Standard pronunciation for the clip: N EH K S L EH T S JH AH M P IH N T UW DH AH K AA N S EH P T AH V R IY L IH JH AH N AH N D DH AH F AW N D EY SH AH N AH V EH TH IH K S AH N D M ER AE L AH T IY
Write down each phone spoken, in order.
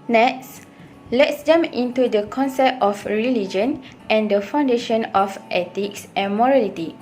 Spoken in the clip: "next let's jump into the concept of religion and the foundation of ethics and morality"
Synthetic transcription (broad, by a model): N EH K S L EH T S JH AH M IH N T UW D AH K AA N S EH P T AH F R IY L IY JH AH N AH N D AH F AW N D EY SH AH N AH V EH T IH K S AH N M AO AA L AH T IY